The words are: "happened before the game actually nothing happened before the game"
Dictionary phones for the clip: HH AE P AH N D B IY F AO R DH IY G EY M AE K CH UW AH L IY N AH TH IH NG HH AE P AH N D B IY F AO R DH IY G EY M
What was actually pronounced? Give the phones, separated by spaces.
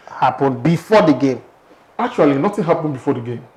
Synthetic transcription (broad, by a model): HH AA P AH N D B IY F AO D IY G EY M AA K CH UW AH L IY N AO T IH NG HH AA P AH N B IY F AO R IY G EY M